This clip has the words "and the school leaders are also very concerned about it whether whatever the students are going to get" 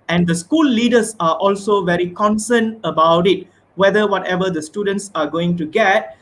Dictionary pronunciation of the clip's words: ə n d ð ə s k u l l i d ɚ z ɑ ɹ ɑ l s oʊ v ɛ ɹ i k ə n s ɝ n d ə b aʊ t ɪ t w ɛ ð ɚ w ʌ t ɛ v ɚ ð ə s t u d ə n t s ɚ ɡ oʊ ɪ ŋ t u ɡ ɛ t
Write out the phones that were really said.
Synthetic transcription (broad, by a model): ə n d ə s k u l l i d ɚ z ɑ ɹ ɑ l s oʊ v ɛ ɹ i k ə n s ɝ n ə b aʊ t ɪ t w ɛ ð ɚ w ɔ t ɛ v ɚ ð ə s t u d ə n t s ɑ ɡ oʊ ɪ ŋ t u ɡ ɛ t